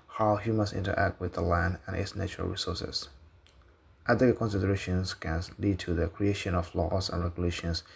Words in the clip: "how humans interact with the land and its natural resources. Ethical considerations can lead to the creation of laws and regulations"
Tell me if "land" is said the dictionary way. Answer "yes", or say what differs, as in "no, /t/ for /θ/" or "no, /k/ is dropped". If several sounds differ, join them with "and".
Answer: yes